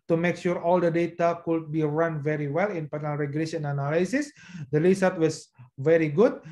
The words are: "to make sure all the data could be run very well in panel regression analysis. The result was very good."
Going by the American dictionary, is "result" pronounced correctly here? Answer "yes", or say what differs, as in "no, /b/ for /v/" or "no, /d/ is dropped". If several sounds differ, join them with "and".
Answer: no, /l/ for /ɹ/ and /s/ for /z/ and /l/ is dropped